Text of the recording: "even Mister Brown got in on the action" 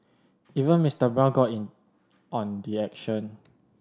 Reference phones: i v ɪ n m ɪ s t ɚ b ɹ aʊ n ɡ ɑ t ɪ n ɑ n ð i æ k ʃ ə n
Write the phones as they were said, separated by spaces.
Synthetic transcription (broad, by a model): i v ɪ n m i s t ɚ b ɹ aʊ l ɡ ɑ t ɪ n ɑ n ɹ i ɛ k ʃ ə n